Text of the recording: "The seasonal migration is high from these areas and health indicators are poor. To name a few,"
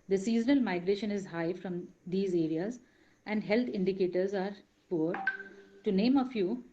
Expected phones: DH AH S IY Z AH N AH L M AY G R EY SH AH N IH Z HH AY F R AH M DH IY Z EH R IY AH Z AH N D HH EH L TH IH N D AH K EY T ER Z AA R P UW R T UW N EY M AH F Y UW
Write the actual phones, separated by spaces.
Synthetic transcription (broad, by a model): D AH S IY Z AH N AH L M AY G R EY SH AH N IH Z HH AY F R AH M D IY Z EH R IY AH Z AH N D HH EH L T IH N D AH K EY T ER Z AA R P UW R T UW N EY M AH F Y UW